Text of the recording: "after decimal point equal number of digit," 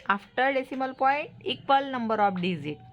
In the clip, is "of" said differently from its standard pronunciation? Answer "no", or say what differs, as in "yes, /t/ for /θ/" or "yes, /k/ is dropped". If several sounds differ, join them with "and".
yes, /p/ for /v/